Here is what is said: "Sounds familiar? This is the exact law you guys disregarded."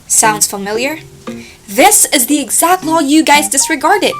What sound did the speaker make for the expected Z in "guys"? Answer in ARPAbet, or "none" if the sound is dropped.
Z